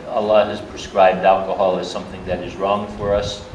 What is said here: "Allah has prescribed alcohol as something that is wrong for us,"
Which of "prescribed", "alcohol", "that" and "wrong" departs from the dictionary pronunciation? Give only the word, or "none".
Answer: none